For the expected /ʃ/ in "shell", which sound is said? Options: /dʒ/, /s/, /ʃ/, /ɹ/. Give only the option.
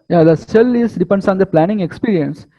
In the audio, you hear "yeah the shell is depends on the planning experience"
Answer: /s/